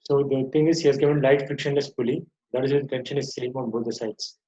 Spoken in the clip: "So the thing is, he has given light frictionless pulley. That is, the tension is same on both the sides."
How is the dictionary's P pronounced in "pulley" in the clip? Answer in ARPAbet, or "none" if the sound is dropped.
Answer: F